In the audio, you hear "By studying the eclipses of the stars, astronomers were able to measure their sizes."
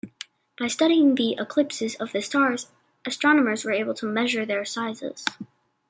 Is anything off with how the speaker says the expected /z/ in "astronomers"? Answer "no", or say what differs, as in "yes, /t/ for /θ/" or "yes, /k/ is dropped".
no